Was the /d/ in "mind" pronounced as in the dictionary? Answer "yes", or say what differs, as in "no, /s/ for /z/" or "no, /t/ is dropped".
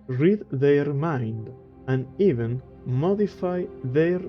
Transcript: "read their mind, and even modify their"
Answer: yes